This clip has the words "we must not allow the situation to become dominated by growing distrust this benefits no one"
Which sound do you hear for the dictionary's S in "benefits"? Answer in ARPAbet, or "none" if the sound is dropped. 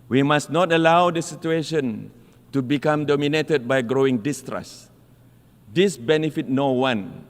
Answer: none